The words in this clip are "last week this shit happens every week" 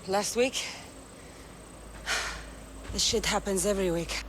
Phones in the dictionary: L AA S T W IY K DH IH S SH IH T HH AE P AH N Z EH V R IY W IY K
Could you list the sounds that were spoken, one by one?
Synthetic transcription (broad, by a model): L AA S T W IY K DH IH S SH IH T HH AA P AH N Z EH V R IY W IY K